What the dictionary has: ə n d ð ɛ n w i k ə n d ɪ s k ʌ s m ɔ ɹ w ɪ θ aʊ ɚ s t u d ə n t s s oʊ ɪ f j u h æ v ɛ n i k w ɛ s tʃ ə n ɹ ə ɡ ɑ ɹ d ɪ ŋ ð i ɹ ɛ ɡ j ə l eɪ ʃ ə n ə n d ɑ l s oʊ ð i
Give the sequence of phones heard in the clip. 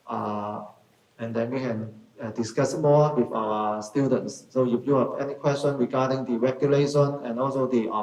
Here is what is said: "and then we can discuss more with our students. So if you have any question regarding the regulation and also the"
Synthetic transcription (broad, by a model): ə n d ɛ n w i k ə n d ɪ s k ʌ s m ɔ w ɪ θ aʊ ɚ s t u d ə n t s s oʊ j u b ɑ p ɛ n i k w ɛ s tʃ ə n ɹ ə ɡ ɑ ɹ d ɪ ŋ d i ɹ ɛ ɡ j ə l eɪ ʃ ə n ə n ɑ l s oʊ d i